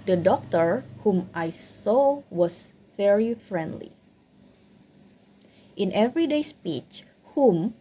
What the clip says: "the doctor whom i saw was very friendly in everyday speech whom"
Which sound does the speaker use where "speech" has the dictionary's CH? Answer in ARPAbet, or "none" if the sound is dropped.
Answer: CH